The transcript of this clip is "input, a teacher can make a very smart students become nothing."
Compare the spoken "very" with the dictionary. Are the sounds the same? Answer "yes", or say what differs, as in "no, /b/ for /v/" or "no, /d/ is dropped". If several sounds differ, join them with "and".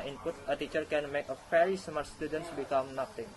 no, /f/ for /v/